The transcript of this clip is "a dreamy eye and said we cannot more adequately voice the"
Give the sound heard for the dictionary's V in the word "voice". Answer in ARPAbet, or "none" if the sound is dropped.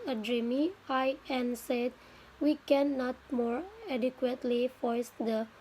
F